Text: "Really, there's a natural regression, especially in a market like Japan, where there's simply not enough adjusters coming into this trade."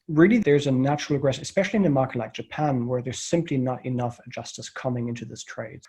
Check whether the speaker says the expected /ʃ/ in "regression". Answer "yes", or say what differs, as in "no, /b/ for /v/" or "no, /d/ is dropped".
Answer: no, /s/ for /ʃ/